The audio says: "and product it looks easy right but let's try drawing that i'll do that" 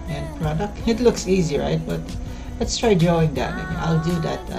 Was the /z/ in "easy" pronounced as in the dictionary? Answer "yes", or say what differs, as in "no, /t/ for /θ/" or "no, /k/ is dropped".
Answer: yes